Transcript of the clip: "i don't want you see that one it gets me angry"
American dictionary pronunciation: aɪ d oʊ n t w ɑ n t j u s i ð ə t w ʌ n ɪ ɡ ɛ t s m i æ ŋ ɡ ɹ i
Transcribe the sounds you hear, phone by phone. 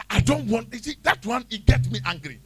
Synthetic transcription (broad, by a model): aɪ d oʊ n t w ɑ n t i s i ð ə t w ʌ n ɪ ɡ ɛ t m i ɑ ŋ ɡ ɹ i